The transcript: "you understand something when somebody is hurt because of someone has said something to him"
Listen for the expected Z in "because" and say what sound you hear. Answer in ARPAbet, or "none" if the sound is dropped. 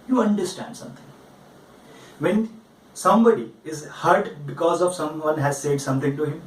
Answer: Z